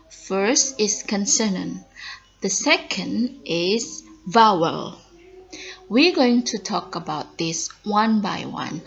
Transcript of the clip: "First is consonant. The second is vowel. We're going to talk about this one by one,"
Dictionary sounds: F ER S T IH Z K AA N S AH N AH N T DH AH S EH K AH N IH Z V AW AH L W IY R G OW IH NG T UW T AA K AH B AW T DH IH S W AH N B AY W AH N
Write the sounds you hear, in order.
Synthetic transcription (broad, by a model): F ER S T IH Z K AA N S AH N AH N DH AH S EH K AH N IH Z V AW AH L W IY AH G OW IH NG T UW T AA K AH B AW T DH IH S W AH N B AY W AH N